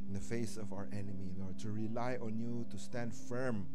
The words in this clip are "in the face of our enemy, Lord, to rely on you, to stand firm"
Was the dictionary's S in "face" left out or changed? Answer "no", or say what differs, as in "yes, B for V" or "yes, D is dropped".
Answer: no